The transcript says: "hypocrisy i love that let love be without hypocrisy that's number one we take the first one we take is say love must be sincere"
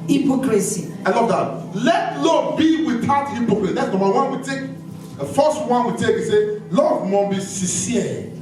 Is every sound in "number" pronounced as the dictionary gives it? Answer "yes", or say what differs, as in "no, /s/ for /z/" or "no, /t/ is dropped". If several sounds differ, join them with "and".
no, /b/ is dropped